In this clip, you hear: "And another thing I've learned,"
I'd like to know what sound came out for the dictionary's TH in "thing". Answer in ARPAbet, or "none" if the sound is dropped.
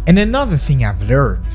TH